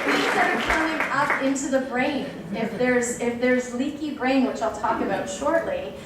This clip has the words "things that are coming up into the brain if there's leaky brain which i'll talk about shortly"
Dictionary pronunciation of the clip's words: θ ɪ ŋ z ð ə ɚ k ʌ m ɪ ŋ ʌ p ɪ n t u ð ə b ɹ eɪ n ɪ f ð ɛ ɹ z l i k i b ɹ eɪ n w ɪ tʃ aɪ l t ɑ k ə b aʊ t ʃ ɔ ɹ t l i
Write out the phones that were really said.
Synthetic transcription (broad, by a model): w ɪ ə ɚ k ʌ m ɪ ŋ ʌ p ɪ n t u ð ə b ɹ eɪ n ɪ f ð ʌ ɹ z l i k i b ɹ eɪ n w ɪ tʃ aɪ l t ɑ k ə b aʊ t ʃ ɔ ɹ t l i